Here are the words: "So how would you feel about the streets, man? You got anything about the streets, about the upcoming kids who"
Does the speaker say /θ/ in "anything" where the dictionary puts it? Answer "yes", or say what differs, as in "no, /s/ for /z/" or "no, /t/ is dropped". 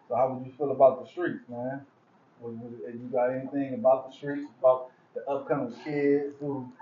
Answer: yes